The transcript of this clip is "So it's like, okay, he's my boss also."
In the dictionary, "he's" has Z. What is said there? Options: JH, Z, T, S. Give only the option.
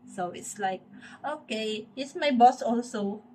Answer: S